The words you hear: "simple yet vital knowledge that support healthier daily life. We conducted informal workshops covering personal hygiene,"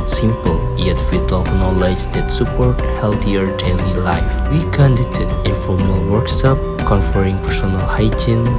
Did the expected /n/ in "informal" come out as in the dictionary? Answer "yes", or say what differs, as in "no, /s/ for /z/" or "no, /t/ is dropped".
no, /n/ is dropped